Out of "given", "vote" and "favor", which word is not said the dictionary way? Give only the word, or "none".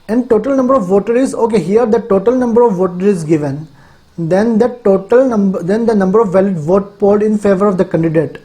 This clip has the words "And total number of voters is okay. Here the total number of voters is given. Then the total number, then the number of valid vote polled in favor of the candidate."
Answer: none